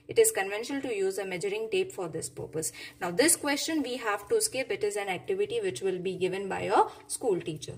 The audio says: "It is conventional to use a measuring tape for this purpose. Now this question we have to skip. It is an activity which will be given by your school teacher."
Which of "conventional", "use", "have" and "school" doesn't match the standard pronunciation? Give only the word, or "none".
none